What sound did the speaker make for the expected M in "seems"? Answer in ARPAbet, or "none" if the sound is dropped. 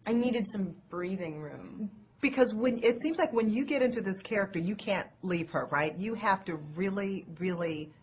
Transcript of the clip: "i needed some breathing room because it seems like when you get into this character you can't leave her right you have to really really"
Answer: M